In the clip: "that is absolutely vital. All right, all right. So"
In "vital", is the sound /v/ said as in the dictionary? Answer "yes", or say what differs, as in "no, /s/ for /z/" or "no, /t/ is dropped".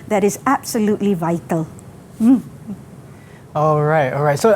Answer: yes